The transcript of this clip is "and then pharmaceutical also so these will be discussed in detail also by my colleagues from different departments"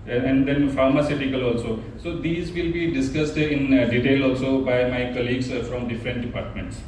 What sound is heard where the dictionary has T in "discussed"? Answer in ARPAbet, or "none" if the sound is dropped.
T